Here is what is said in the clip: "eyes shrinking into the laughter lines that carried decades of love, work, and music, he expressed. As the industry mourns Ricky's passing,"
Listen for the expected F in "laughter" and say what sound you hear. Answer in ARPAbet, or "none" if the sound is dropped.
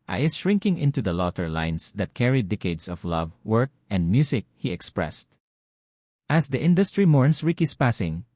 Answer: none